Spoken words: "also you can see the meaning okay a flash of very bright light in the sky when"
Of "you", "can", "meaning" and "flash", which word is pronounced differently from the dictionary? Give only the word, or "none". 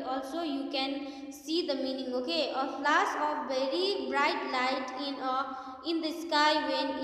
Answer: flash